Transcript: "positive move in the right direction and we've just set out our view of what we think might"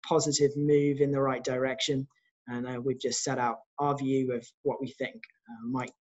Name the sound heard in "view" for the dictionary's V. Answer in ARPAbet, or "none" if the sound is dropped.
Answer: V